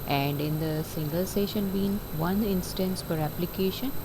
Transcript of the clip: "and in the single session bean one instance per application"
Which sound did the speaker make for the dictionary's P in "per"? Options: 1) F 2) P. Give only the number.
1